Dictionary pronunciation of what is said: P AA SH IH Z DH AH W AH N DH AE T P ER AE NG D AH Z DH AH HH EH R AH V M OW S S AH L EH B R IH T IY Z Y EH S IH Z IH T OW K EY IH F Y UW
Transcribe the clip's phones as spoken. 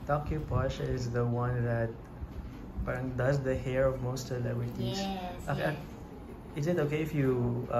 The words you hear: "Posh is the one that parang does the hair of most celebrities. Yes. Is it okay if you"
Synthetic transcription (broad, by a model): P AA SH IH Z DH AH W AH N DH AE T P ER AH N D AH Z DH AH HH EH R AH V M OW S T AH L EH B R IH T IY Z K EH IH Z IH T OW K EY IH F Y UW